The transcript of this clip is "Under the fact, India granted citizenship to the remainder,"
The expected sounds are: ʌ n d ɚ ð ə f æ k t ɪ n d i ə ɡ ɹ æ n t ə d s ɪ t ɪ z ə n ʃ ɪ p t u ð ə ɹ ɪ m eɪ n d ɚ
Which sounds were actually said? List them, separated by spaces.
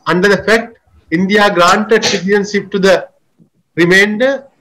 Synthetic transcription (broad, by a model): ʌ n d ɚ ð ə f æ k t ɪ n d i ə ɡ ɹ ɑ n t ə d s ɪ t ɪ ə n s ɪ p t u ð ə ɹ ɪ m eɪ n d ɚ